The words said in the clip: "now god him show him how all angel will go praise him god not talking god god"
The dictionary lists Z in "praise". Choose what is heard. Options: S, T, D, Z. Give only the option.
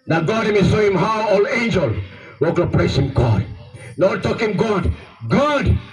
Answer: S